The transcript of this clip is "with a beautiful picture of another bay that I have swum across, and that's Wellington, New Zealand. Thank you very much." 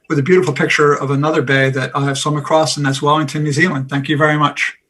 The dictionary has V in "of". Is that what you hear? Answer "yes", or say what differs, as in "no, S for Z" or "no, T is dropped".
yes